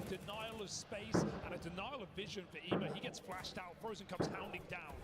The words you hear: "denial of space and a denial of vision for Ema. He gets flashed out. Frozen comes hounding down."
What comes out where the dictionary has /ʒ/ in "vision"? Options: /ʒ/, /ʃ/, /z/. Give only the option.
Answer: /ʒ/